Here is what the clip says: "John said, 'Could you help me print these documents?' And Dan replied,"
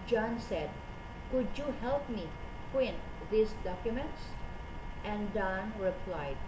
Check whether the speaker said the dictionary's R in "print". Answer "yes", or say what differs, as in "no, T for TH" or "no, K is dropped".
no, W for R